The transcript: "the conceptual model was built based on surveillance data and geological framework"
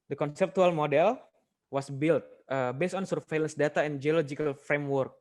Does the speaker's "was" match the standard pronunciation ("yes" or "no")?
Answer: no